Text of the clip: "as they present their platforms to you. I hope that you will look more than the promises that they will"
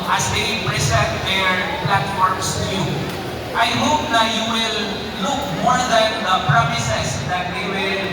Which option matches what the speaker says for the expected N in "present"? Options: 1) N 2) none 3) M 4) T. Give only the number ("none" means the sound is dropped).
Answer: 2